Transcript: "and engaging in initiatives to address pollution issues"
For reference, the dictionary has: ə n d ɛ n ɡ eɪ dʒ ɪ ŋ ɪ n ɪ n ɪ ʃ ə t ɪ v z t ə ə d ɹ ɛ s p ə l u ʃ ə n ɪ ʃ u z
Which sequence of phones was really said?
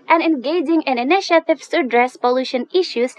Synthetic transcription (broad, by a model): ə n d ɛ n ɡ eɪ dʒ ɪ ŋ ɪ n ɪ n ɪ ʃ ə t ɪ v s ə ə d ɹ ɛ s p ə l u ʃ ə n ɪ ʃ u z